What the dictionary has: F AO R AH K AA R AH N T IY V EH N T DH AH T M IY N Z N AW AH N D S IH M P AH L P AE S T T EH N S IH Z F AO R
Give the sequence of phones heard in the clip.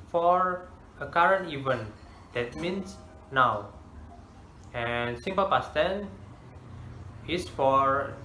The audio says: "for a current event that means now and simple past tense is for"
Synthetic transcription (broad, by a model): F AO R AH K AA R AH N T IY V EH N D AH T M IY N S N AW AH N S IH M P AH L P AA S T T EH N IH S F AO R